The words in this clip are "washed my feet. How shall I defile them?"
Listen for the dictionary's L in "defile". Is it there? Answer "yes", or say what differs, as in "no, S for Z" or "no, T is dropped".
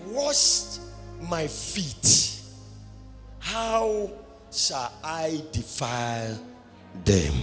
yes